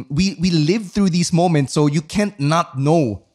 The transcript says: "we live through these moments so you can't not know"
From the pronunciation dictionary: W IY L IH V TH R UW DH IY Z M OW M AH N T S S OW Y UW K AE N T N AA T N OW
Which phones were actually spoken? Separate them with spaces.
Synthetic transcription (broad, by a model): W IY L IH V TH R UW DH IY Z M OW M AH N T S S OW Y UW K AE N N AA T N OW